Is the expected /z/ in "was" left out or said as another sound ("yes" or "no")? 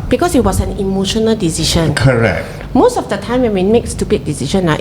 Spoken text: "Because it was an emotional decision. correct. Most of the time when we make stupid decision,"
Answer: yes